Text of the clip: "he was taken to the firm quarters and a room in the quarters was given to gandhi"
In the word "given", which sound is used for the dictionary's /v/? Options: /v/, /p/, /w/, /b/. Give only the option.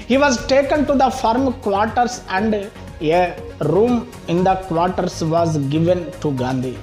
/v/